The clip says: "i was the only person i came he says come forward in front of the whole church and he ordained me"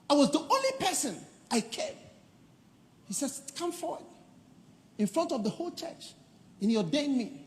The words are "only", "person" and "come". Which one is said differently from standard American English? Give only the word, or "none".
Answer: none